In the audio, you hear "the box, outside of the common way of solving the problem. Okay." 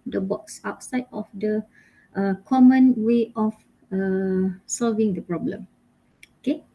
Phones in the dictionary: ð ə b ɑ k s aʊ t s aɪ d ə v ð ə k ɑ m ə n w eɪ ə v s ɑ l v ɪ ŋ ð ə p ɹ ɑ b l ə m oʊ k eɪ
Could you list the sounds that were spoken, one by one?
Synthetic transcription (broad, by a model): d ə b ɑ k s aʊ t s aɪ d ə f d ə k ɑ m ə n w eɪ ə f s ɑ l v ɪ ŋ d ə p ɹ ɑ b l ə m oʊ k eɪ